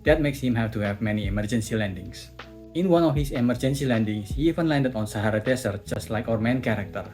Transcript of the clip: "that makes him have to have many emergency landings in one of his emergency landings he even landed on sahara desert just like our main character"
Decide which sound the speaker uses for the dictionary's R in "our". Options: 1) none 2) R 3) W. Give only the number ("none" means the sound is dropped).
2